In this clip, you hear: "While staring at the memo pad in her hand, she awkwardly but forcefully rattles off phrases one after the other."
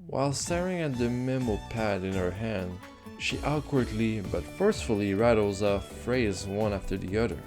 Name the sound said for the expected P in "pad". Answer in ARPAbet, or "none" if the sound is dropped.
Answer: P